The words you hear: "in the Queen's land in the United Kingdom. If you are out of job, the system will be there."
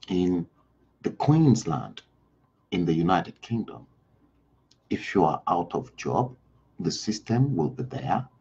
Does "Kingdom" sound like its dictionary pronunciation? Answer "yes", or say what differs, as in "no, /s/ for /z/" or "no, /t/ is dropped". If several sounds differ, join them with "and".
yes